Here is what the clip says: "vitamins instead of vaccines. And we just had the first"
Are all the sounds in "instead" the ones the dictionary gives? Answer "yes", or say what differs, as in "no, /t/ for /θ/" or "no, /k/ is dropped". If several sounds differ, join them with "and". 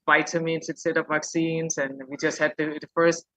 no, /n/ is dropped